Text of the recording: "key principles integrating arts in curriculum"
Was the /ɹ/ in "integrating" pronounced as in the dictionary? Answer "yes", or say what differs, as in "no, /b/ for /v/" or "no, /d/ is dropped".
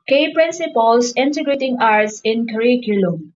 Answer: yes